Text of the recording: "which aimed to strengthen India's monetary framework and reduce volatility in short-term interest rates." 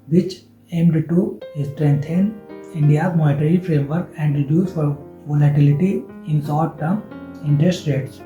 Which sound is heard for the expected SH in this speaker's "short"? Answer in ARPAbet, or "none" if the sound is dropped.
S